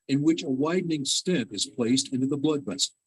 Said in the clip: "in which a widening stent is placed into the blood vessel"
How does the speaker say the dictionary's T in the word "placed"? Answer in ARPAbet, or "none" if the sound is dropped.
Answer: T